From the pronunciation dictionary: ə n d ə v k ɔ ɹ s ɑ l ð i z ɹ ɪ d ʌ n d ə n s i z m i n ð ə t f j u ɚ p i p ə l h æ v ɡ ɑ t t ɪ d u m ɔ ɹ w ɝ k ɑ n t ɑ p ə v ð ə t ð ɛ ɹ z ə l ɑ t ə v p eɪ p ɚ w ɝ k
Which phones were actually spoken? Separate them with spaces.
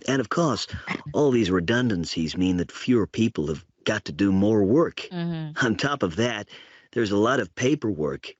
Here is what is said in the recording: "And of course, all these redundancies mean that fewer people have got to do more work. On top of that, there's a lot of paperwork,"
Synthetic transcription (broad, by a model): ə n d ə v k ɔ ɹ s ɑ l ð i z ɹ ɪ d ʌ n d ə n s i z m i n ð ə t f j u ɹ p i p l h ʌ v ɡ ɑ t t ɪ d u m ɔ ɹ w ɝ k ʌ n t ɑ p ə v ð ə t ð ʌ ɹ z ə l ɑ t ə v p eɪ p ɚ w ɝ k